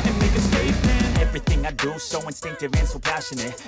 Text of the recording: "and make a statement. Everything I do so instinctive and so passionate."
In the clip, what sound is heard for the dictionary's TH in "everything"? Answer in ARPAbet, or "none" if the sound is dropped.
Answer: TH